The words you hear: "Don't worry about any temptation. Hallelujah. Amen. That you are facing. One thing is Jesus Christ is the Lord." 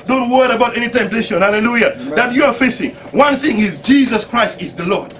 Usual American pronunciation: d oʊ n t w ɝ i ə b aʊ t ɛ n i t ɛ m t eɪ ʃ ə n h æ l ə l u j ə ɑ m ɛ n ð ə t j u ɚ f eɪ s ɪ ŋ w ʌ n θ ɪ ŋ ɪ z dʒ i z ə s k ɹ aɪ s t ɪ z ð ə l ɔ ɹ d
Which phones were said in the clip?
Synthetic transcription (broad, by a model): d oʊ n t w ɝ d ə b aʊ t ɛ n i t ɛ m t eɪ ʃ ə n h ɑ l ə l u j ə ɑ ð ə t j u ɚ f eɪ s ɪ ŋ w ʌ n θ ɪ ŋ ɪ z dʒ i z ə s k ɹ aɪ s t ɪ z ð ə l ɔ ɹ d